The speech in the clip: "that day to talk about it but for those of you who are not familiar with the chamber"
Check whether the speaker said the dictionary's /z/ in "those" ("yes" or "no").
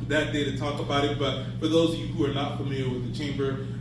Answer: yes